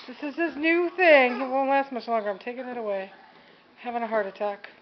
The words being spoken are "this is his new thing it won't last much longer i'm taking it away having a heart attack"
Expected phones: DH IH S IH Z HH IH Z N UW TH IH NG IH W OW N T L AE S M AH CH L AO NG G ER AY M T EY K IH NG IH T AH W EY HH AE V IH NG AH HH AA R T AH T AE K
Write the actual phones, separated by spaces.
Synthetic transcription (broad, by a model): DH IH S IH Z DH IH S N UW TH IH NG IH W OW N L AE S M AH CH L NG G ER AY M T EY K IH NG IH T AH W EY HH AE V IH NG AH HH AA R T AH T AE K